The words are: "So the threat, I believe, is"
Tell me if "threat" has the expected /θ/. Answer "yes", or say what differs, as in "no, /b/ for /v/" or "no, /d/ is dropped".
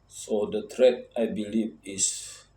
no, /t/ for /θ/